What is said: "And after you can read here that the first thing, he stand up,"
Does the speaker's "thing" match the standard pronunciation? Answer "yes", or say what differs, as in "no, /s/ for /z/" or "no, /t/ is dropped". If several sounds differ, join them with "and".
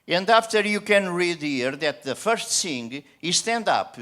no, /s/ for /θ/